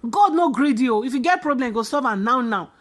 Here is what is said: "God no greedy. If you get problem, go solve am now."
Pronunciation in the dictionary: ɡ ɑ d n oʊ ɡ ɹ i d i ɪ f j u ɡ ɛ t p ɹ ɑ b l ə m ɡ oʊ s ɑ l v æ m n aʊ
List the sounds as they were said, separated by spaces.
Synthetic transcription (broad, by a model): ɡ ɑ d n oʊ ɡ ɹ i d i ɪ f j u ɡ ɛ t p ɹ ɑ b l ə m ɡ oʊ s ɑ v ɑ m n aʊ